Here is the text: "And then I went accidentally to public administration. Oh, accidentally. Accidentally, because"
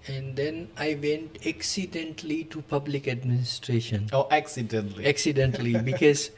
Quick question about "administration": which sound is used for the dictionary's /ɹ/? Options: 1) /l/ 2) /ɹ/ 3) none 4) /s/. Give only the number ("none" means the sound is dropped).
2